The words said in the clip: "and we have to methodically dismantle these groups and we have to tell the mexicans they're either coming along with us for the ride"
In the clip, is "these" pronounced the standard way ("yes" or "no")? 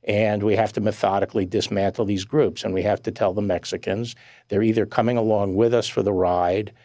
yes